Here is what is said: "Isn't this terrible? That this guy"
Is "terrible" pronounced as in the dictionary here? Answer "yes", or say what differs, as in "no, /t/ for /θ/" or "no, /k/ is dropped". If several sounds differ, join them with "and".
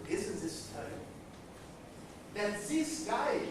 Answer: no, /b/ is dropped and /n/ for /l/